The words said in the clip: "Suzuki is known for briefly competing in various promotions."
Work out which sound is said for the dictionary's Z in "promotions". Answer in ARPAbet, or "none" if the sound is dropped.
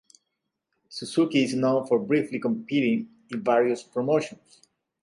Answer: S